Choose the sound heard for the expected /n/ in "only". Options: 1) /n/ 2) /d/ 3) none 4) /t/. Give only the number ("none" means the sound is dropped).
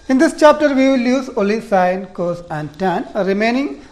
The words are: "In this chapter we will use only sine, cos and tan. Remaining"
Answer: 3